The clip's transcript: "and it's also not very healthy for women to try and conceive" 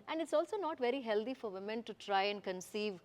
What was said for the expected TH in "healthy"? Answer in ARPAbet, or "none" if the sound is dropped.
T